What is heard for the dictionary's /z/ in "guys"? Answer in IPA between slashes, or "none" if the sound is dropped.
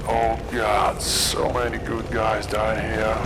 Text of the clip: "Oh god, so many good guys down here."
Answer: /z/